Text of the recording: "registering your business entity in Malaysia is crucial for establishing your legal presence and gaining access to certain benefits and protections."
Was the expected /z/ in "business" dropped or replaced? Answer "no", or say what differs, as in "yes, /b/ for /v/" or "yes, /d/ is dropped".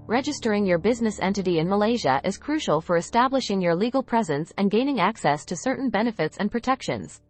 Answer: no